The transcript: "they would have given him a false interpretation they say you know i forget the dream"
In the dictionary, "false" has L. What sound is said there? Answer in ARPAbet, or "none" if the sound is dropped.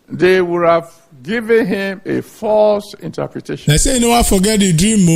L